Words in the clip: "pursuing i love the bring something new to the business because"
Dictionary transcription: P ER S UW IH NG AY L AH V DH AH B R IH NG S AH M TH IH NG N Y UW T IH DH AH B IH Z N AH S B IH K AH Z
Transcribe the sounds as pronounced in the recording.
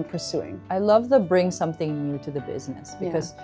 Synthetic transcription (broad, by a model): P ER S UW IH NG AY L AH V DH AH B R IH NG S AH M TH IH NG N Y UW T IH DH AH B IH Z N AH S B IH K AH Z